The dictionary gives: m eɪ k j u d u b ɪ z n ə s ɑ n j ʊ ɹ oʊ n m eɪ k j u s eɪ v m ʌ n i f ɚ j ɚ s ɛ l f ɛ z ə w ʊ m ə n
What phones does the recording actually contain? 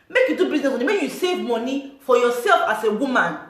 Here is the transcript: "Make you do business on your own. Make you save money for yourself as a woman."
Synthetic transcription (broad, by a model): m eɪ k j u d u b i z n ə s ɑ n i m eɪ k j u s eɪ v m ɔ n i f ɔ j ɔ s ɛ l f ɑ s ə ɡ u m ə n